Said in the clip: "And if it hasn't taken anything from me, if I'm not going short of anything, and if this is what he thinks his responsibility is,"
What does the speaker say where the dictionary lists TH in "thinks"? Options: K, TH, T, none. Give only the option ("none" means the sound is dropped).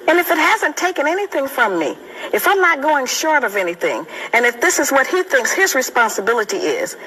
TH